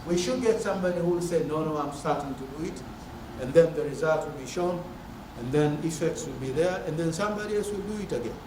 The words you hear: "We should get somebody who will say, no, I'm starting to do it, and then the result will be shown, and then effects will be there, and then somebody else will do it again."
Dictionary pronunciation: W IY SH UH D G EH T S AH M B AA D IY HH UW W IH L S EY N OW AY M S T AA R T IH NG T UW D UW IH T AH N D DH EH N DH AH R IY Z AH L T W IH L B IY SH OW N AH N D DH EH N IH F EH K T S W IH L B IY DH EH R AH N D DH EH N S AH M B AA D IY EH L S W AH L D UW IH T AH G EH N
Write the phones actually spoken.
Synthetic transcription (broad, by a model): W IY SH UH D G EH T S AH M B AA D IY HH UW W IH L S EY N OW AY M S T AA R T IH NG T UW D UW IH T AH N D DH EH N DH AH R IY Z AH L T W IH L B IY SH OW N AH N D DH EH N IH F EH K T S W IH L B IY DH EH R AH N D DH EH N S AH M B AA D IY EH L S W AH L D UW IH T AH G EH N